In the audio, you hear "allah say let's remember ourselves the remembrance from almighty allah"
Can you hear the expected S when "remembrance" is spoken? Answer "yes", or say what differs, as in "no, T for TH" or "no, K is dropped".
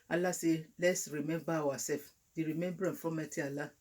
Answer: no, S is dropped